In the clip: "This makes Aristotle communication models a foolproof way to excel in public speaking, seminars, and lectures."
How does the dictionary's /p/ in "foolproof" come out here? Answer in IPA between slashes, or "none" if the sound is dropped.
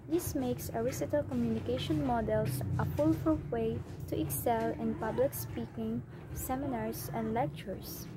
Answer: /f/